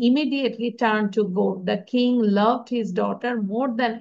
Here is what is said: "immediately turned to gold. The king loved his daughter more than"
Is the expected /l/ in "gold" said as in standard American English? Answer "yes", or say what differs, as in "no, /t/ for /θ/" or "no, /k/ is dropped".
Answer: no, /l/ is dropped